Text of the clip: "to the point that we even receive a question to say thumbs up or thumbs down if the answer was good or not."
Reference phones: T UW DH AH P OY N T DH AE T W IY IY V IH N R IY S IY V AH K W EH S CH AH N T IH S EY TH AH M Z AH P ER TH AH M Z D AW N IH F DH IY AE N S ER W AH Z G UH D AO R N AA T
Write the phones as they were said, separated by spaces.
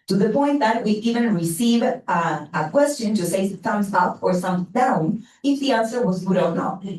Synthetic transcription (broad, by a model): T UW DH AH P OY N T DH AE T W IY IY V IH N R IY S IY V AH K W EH S CH AH N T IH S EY T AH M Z AH P ER S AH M D AW N IH F DH IY AE N S ER W AH Z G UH D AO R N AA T